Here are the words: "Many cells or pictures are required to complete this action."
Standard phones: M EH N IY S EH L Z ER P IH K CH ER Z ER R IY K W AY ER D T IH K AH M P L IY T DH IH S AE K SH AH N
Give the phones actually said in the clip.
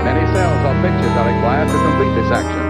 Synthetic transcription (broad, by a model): M EH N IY S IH L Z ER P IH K CH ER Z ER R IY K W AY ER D T IH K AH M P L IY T DH IH S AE K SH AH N